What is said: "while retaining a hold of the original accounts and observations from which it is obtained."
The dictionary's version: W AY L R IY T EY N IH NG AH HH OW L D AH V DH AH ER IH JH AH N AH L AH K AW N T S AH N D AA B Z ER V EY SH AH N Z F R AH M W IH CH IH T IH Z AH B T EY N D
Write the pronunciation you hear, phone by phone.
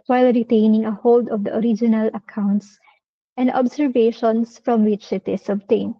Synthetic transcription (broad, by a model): W AY L R IY T EY N IH NG AH HH OW L D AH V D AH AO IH JH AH N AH L AH K AW N T S AH N D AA B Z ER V EY SH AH N S F R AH M W IH CH IH T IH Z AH B T EY N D